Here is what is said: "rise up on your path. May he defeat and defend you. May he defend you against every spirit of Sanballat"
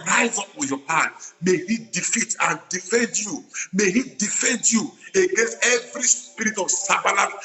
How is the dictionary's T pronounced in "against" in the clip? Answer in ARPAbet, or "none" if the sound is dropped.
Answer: T